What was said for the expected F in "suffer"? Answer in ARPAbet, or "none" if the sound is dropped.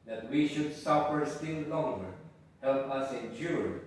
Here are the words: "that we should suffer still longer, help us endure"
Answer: P